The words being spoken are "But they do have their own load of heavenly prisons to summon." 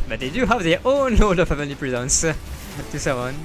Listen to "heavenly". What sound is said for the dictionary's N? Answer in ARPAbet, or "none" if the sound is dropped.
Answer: none